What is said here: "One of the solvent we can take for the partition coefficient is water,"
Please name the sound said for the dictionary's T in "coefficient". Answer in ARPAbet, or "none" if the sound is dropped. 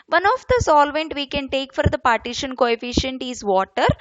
T